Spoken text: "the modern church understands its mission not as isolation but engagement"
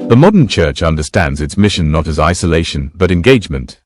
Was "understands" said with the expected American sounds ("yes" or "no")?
yes